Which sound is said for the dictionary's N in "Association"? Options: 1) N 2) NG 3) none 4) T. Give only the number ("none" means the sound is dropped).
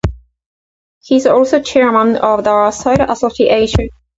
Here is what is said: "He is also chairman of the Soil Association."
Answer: 3